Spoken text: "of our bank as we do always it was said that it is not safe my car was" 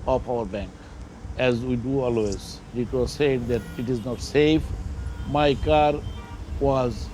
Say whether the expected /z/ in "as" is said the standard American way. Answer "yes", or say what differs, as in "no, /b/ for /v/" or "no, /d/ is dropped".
yes